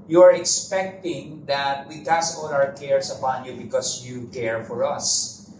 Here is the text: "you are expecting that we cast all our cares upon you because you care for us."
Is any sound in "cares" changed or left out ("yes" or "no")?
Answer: yes